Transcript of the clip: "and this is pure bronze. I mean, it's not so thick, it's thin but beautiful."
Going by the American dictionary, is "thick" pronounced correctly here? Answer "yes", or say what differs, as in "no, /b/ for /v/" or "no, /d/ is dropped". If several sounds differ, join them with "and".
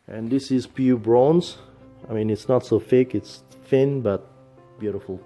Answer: no, /f/ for /θ/